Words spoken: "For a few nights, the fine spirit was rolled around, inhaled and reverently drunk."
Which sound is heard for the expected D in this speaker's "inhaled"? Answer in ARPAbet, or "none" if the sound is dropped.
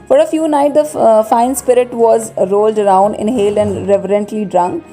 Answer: none